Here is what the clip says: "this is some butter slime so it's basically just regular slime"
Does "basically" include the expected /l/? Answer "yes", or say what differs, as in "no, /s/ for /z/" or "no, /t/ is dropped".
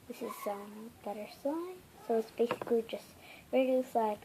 no, /l/ is dropped